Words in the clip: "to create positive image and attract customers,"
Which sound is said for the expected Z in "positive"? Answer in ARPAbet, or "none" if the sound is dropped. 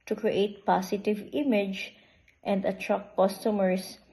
S